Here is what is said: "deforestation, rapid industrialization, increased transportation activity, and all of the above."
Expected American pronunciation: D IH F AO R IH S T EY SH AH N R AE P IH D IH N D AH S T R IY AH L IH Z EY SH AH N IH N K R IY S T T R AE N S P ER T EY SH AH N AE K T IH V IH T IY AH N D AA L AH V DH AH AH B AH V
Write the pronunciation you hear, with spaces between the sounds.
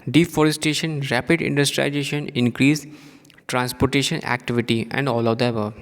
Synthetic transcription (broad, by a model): D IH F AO R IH S T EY SH AH N R AE P IH D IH N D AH S T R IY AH IH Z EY SH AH N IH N K R IY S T T R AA N S P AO T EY SH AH N AE K T IH V IH T IY AH N D AA L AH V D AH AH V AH